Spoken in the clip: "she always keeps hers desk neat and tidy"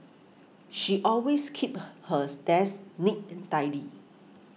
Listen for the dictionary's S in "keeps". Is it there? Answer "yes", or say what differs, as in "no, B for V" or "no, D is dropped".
no, S is dropped